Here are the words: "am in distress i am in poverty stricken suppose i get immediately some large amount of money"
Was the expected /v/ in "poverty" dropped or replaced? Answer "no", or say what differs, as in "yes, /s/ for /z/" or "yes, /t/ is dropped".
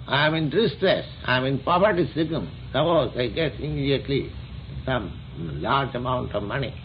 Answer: yes, /p/ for /v/